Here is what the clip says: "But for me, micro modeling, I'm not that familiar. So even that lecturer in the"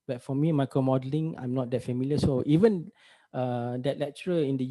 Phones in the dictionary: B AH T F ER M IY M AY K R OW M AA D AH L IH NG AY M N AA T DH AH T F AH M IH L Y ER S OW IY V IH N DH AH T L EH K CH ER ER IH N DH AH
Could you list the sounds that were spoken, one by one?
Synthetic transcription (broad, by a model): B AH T F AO M IY M AY K OW M AA D AH L IH NG AY M N AA T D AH T F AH M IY L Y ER S OW IY V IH N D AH T L EH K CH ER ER IH N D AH